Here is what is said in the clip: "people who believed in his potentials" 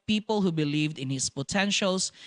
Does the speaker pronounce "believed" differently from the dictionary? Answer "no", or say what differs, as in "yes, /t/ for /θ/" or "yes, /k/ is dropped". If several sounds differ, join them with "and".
no